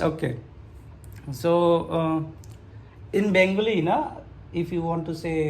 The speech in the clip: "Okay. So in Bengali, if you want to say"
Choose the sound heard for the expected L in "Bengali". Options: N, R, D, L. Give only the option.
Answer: N